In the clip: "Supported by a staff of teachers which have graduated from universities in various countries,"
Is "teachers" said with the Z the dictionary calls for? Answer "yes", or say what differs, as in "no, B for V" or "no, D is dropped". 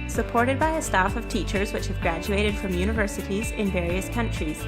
yes